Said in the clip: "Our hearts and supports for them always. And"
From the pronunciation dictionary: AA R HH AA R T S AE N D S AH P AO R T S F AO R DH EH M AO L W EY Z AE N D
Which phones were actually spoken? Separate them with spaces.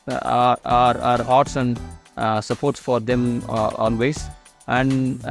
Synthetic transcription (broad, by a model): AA R HH AA R T S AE N D S AH P AO R T S F AO R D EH M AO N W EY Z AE N D